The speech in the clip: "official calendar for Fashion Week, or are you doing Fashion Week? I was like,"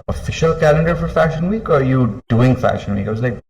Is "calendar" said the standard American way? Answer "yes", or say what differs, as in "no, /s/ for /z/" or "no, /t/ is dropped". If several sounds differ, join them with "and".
yes